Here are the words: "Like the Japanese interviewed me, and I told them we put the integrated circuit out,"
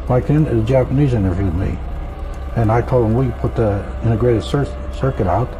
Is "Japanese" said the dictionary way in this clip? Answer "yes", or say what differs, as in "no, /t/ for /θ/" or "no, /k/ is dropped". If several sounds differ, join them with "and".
yes